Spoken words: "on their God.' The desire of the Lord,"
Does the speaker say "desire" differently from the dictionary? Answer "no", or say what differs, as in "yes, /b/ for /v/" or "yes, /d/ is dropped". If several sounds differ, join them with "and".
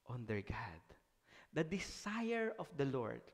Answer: yes, /s/ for /z/